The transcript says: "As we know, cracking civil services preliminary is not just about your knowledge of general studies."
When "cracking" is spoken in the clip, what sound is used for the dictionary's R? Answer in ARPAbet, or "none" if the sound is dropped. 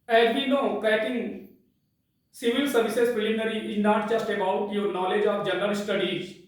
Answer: none